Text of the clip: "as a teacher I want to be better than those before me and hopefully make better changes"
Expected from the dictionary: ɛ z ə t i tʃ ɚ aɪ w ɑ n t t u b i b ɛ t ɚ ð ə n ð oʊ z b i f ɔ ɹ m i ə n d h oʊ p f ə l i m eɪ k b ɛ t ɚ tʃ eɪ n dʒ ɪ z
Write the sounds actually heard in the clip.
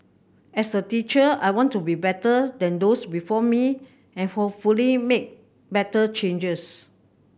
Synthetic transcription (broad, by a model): ɛ s ə t i tʃ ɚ aɪ w ɑ n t t u b i b ɛ t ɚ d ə n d oʊ s b i f ɔ m i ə n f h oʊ f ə l i m eɪ k b ɛ t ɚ tʃ eɪ n dʒ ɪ s